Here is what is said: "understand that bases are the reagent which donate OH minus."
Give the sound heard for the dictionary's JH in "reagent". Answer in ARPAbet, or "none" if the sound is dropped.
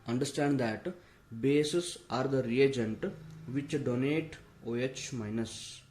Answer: JH